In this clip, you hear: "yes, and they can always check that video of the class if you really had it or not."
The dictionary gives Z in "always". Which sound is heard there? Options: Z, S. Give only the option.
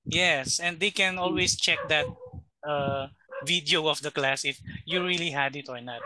S